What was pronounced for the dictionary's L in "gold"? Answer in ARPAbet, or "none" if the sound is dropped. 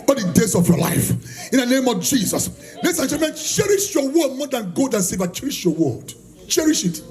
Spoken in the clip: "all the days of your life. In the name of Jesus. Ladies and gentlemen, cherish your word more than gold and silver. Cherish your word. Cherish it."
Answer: none